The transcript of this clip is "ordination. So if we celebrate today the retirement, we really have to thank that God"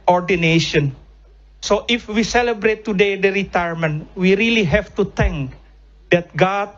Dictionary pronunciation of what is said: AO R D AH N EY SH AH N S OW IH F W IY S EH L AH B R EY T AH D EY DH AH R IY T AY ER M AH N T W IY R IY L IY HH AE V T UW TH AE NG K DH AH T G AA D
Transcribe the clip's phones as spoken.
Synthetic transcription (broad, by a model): AO R D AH N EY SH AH N S OW IH F W IY S EH L AH B R EY T AH D EY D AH R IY T AY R M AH N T W IY R IY L IY HH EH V T UW T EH NG K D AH T G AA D